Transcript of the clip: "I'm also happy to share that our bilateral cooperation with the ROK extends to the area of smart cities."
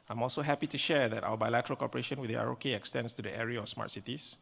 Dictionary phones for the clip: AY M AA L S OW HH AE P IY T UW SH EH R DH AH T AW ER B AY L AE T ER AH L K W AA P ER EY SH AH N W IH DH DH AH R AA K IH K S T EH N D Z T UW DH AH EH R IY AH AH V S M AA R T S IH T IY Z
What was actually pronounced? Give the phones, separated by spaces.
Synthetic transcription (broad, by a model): AY M AA L S OW HH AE P IY T UW SH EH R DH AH T AW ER B AY L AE T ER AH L K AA P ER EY SH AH N W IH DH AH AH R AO K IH K S T EH N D S T UW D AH EH R IY AH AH F S M AA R T S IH T IY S